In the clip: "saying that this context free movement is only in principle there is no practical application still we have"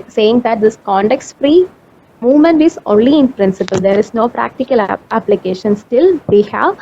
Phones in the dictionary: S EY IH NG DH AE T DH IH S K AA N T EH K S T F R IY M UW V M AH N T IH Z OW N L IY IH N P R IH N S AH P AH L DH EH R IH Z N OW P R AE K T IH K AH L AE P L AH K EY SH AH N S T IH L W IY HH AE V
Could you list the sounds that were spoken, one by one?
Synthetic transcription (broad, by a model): S EY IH NG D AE T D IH S K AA N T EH K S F R IY M UW V M AH N T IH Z OW N L IY IH N P R IH N S AH P AH L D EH R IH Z N OW P R AE K T IH K AH L AE P L AH K EY SH AH N S T IH L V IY HH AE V